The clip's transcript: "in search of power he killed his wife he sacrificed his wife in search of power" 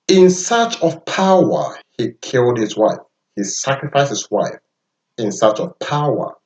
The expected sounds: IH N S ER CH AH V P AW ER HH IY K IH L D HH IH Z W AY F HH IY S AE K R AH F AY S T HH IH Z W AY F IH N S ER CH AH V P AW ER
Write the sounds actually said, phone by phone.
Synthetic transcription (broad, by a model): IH N S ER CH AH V P AW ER HH IY K IH L D HH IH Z W AY F HH IY S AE K R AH F AY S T HH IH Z W AY F IH N S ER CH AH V P AW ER